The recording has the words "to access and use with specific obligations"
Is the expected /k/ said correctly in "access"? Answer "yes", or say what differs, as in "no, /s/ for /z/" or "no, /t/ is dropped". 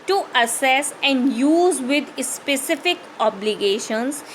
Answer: no, /k/ is dropped